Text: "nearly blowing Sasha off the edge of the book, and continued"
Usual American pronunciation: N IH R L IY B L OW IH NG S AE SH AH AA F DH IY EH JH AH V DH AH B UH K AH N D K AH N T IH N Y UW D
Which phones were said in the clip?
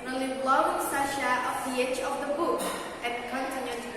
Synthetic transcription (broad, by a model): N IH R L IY B L OW IH NG S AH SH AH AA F DH IY EH JH AH V DH AH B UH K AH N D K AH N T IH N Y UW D